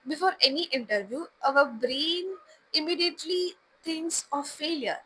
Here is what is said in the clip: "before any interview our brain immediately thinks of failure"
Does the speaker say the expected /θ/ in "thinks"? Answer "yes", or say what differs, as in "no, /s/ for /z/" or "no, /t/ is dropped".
no, /t/ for /θ/